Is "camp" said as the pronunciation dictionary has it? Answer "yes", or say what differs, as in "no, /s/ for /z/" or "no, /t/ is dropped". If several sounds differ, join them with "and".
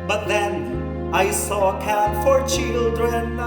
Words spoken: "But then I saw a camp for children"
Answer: no, /m/ is dropped